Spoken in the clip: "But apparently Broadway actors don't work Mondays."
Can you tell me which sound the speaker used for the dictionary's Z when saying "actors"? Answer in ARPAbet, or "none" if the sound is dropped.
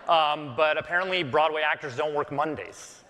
Z